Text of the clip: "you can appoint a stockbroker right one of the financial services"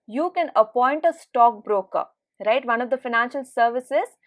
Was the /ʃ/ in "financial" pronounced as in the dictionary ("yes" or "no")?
yes